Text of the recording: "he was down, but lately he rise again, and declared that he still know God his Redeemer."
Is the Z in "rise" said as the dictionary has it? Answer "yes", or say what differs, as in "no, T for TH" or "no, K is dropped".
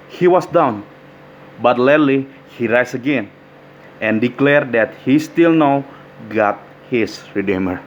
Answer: no, S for Z